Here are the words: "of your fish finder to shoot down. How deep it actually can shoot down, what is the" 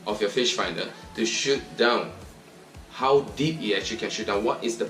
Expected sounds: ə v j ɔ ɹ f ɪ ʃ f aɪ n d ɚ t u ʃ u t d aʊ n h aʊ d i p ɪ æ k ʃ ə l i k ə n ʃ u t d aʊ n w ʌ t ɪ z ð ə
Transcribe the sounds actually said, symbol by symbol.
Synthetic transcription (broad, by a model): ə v j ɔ f ɪ ʃ f aɪ n d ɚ t u ʃ u t d aʊ n h aʊ d i p ɪ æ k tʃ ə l i k ə n ʃ u t d aʊ n w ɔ t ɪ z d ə